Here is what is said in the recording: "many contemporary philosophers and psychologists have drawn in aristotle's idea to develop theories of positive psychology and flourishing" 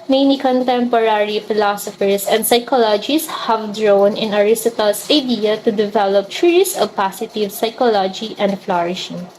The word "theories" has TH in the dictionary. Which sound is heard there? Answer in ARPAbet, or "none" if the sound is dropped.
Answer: S